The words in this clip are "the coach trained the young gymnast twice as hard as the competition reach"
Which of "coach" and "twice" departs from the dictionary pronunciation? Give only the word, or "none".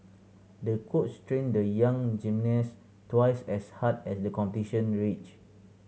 coach